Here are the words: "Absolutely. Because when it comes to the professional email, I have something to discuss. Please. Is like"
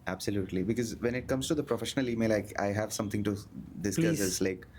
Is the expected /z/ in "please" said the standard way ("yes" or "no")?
no